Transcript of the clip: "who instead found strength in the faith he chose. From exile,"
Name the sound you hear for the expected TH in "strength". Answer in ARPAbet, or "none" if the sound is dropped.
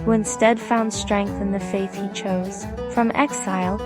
TH